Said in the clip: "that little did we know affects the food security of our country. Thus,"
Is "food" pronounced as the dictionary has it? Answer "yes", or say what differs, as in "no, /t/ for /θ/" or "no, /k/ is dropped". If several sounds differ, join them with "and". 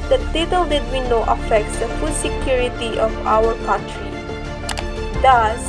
yes